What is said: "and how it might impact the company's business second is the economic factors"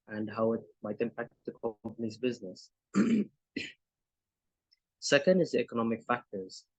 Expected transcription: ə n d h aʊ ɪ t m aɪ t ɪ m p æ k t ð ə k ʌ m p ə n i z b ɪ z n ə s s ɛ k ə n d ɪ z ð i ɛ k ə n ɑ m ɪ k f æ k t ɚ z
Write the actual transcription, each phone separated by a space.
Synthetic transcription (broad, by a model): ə n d h aʊ ɪ t m aɪ t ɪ m p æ k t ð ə k ʌ m p ə n i z b ɪ z n ə s s ɛ k ə n d ɪ z ð i ɛ k ə n ɑ m ɪ k f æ k t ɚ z